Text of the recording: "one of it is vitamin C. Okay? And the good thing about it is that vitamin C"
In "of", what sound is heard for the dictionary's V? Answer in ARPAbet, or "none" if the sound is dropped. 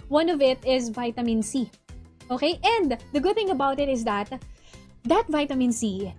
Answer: V